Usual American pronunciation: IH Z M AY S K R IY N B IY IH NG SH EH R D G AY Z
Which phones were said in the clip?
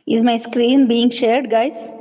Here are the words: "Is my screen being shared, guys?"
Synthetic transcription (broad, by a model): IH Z M AY S K R IY N B IY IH NG SH EH R D G AY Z